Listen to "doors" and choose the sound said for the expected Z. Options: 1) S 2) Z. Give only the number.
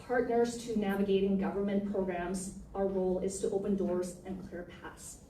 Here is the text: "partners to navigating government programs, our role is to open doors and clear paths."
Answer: 2